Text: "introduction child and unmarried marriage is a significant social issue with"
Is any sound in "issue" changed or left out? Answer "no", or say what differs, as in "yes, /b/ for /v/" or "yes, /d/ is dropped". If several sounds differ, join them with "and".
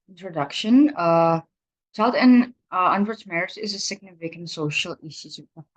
yes, /s/ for /ʃ/